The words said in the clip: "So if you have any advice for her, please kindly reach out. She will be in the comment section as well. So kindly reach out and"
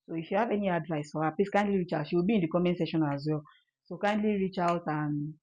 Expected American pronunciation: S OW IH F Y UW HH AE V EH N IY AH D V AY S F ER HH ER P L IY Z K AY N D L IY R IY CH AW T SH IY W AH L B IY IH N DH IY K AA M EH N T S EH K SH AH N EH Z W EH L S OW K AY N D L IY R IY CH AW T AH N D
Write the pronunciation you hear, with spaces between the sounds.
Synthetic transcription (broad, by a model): S OW IH F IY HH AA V EH N IY AH D V AY S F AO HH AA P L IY S K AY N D L IY R IY CH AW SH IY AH B IY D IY K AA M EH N S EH SH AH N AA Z W EH L S OW K AY N D L IY R IY CH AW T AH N